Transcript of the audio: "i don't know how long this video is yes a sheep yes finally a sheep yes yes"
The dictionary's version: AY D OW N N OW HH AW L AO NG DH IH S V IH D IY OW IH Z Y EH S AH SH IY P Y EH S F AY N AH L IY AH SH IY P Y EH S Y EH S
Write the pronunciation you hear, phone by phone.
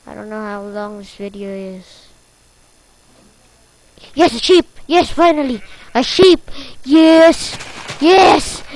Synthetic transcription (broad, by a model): AY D OW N N OW HH AW L AO NG DH IH S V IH D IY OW IH Z Y EH S AH SH IY P Y EH S F AY N AH L IY AH SH IY P Y EH S Y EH S